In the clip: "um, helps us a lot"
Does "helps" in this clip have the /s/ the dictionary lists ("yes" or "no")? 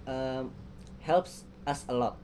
yes